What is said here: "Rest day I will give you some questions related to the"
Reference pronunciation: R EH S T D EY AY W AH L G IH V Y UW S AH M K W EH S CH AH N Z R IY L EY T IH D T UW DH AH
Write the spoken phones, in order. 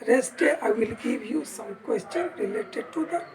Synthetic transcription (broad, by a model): R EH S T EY AY W AH L G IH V Y UW S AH M K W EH S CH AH N R IY L EY T IH D T UW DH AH